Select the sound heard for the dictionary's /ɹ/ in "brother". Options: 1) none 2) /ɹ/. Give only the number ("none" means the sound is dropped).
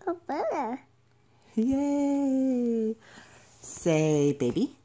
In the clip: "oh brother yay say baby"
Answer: 1